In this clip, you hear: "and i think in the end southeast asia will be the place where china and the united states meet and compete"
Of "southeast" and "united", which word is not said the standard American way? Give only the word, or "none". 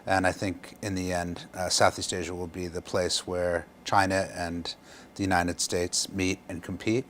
none